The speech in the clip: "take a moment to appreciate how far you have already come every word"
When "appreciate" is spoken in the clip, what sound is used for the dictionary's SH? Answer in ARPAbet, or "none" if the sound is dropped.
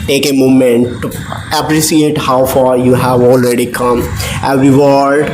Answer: S